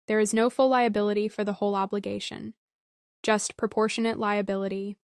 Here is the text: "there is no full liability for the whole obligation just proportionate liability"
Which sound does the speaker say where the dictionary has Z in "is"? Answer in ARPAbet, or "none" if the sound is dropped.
Z